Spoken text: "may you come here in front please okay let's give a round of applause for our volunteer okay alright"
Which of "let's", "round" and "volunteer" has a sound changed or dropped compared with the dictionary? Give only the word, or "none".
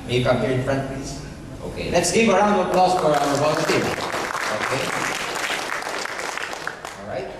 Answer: volunteer